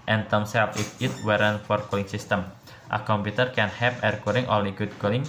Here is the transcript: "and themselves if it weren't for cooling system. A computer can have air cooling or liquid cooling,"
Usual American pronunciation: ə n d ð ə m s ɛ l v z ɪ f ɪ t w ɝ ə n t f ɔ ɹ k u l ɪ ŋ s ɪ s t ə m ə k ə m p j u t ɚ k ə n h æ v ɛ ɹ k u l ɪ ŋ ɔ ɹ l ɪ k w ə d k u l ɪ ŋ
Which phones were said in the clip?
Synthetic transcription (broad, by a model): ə n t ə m s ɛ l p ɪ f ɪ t w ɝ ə n f ɔ ɹ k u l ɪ ŋ s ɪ s t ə m ə k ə m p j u t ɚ k ə n h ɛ p ɛ ɹ k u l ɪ ŋ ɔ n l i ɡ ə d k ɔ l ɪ ŋ